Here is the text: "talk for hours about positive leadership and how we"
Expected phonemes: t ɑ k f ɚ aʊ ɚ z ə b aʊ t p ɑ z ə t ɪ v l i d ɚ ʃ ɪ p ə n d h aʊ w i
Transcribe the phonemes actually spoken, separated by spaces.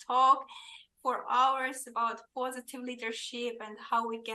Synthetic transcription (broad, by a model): ɑ k f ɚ aʊ ɚ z ə b aʊ t p ɑ z ə t ɪ v l i d ɚ ʃ ɪ p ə n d h aʊ w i